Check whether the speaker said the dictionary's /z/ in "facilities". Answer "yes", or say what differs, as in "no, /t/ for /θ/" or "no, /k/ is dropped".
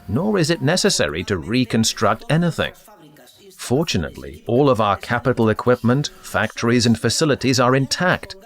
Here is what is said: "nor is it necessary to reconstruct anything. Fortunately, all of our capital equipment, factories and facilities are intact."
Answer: yes